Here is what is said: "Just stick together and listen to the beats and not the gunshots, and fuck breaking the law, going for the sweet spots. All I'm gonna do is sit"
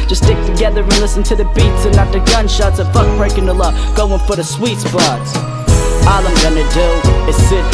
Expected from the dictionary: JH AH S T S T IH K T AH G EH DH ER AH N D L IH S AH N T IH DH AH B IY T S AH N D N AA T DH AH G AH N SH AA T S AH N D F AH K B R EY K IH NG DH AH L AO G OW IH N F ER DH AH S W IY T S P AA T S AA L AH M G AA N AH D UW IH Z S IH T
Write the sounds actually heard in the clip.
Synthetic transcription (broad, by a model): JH AH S S T IH K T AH G EH DH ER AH L IH S AH N T IH DH AH B IY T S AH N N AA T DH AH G AH N SH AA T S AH F AH K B R EY K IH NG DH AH L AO G OW IH N F ER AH S W IY T S B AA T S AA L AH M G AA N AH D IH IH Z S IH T